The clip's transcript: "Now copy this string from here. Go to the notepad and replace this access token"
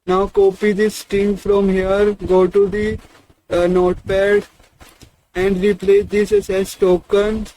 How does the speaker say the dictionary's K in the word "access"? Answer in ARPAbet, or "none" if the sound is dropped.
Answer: none